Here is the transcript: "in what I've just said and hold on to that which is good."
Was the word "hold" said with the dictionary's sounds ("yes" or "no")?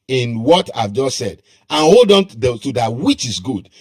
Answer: yes